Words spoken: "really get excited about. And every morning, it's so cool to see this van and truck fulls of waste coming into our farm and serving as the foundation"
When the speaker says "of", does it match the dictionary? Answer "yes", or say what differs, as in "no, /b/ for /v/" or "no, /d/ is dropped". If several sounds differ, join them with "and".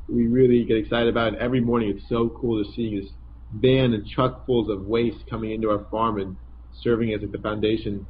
yes